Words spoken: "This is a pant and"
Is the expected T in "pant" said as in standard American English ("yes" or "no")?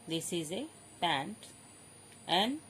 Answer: yes